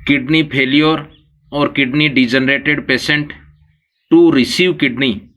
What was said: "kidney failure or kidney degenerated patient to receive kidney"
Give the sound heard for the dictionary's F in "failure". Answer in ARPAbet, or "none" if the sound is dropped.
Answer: P